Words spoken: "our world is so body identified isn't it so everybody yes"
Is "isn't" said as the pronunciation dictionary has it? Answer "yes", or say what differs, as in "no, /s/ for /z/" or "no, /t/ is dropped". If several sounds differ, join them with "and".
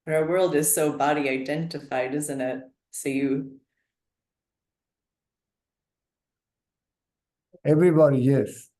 yes